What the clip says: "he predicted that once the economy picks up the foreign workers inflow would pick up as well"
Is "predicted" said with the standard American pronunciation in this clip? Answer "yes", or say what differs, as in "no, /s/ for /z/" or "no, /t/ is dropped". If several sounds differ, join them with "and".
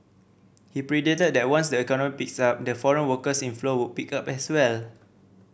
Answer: no, /k/ is dropped